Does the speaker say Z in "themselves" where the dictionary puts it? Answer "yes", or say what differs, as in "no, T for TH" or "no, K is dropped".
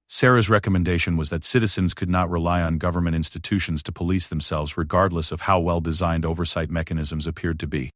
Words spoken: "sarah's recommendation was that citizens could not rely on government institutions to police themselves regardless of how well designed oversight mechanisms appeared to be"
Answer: yes